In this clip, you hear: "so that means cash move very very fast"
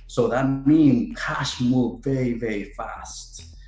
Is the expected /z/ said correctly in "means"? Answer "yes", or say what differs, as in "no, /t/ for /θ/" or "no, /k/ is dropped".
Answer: no, /z/ is dropped